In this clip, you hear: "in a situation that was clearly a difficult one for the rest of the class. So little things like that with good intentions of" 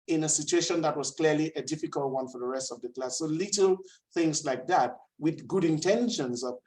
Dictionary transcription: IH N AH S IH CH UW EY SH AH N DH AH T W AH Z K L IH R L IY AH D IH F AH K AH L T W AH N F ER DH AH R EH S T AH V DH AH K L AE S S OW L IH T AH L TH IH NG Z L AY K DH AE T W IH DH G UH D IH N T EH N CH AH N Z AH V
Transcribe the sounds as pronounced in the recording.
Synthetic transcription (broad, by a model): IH N AH S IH CH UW EY SH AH N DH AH T W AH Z K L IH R L IY AH D IH F AH K AH L T W AH N F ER DH AH R EH S T AH V DH AH K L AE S S OW L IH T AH L TH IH NG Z L AY K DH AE T W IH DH G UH D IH N T EH N SH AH N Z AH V